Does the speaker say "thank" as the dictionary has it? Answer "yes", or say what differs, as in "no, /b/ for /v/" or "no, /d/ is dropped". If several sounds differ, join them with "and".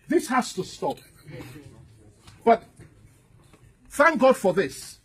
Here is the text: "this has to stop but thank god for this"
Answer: yes